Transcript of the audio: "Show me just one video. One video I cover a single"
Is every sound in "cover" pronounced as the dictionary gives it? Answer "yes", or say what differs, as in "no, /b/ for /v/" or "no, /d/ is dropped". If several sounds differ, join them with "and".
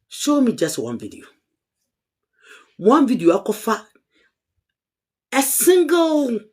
no, /f/ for /v/